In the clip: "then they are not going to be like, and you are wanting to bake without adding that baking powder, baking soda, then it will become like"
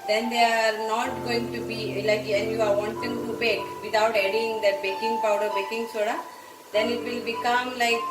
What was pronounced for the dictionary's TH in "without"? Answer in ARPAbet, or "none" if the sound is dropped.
T